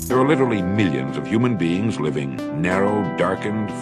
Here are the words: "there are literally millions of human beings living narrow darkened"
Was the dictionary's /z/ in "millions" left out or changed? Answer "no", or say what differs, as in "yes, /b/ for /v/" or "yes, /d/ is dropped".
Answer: no